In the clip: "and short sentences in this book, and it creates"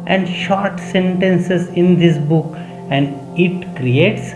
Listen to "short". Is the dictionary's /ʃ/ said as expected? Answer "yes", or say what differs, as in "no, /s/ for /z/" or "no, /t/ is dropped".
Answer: yes